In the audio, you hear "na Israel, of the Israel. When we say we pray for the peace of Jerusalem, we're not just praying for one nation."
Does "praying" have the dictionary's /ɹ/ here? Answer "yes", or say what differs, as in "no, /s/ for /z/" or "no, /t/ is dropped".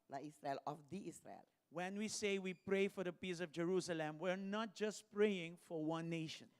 yes